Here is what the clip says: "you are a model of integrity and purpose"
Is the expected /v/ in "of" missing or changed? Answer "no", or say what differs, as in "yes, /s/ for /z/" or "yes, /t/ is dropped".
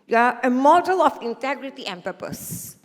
yes, /f/ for /v/